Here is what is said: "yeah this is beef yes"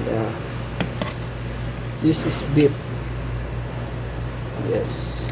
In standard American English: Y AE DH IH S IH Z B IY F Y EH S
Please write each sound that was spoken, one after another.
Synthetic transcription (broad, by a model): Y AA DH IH S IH S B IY P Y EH S